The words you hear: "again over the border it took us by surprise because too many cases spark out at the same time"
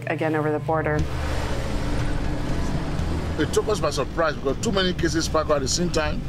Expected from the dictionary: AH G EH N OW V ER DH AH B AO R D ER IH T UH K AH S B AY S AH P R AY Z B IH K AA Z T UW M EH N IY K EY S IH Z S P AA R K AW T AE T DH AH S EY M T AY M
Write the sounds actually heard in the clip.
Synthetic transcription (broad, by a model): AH G EH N OW V ER DH AH B AO R D ER IH T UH K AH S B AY S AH P R AY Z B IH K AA T UW M EH N IY K EY S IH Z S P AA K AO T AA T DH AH S EY M T AY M